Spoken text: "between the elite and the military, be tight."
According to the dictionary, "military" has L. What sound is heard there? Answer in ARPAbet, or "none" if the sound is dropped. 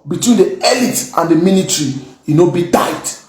N